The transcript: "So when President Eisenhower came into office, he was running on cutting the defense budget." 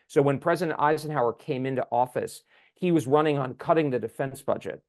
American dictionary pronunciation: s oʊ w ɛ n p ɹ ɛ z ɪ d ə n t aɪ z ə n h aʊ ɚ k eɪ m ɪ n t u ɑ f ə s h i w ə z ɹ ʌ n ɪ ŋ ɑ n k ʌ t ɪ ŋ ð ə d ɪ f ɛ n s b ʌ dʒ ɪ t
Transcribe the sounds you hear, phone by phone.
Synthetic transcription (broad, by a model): s oʊ w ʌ n p ɹ ɛ z ɪ d ə n t aɪ z ə n h aʊ ɚ k eɪ m ɪ n t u ɑ f ə s h i w ə z ɹ ʌ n ɪ ŋ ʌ n k ʌ t ɪ ŋ ð ə d ɪ f ɛ n s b ʌ dʒ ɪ t